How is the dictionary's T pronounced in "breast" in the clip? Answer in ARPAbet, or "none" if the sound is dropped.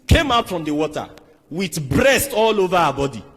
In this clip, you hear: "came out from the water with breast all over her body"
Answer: T